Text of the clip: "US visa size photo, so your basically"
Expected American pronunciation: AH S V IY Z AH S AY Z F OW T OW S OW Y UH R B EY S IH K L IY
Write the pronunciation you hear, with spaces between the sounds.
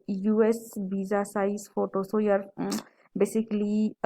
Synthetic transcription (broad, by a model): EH S B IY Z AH S AY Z F OW T OW S OW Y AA R B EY S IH K L IY